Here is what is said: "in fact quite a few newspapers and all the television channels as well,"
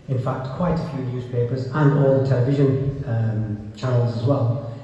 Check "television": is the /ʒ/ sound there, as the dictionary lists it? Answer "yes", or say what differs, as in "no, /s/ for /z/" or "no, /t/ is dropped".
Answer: yes